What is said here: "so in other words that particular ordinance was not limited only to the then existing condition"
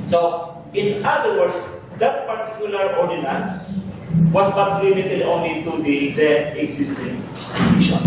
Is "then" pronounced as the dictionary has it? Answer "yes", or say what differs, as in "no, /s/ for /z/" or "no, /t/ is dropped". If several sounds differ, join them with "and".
no, /n/ is dropped